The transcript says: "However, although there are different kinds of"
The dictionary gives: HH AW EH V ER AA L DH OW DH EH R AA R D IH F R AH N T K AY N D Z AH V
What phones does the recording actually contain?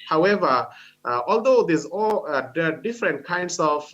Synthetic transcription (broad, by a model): HH AW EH V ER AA L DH OW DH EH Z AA L D IH F R AH N T K AY N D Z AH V